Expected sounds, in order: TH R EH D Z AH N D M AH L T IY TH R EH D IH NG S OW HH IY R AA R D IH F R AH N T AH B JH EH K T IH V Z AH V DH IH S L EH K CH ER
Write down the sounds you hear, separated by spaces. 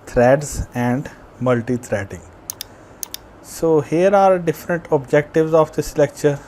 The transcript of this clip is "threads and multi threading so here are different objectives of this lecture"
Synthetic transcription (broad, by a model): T R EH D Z AH N D M AH L T IY T R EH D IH NG S OW HH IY R AA R D IH F R AH N T AH B JH EH K T IH V Z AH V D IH S L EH K CH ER